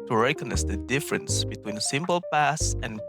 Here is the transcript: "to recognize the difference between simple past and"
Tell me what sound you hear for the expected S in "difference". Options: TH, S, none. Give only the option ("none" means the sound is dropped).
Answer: S